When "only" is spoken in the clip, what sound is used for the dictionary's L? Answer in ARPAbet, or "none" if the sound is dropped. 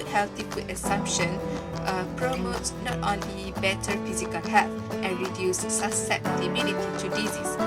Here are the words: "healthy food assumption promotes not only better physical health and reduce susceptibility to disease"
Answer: none